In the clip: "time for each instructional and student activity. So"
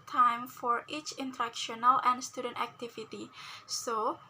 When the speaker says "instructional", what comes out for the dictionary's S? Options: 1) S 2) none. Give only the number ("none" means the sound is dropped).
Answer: 2